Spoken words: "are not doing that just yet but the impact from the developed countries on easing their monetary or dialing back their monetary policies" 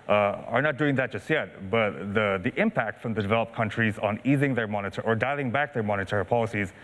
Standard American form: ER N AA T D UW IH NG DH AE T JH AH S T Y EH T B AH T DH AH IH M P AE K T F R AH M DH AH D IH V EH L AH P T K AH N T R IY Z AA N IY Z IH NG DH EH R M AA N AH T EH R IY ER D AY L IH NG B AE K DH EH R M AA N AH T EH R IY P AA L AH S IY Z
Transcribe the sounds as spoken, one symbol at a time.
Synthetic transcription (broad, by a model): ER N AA T D UW IH NG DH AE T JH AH S T Y EH T B AH T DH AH IH M P AE K T F R AH M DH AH D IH V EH L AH P K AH N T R IY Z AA N IY Z IH NG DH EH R M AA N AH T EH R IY ER D AY L IH NG B AE K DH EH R M AA N AH T EH R IY P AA L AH S IY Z